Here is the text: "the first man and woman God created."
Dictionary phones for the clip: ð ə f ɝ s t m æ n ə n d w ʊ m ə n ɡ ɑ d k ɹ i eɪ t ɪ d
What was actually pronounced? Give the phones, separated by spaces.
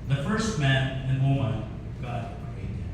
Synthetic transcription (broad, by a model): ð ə f ɝ s t m æ n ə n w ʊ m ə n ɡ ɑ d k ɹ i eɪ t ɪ